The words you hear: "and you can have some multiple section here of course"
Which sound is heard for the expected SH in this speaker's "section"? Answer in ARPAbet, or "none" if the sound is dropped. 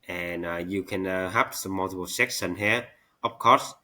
S